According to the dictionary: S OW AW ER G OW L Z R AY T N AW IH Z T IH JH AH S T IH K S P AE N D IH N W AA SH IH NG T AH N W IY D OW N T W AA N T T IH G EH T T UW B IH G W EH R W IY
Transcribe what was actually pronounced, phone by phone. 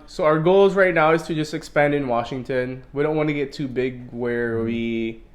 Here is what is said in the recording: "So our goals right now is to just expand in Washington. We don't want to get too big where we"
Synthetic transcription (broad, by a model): S OW AW ER G OW L Z R AY T N AW IH Z T IH JH AH S T IH K S P AE N D IH N W AA SH IH NG T AH N W IY D OW N T W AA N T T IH G EH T T UW B IH G W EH R W IY